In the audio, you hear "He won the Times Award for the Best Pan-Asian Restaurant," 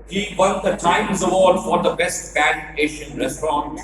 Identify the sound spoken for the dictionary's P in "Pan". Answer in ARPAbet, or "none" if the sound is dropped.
B